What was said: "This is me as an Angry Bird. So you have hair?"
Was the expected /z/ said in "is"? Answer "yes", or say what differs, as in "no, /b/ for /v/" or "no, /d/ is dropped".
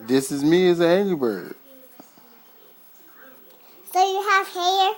yes